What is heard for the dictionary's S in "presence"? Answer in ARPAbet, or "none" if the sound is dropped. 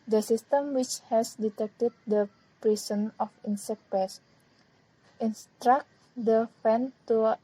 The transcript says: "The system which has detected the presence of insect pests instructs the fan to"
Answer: none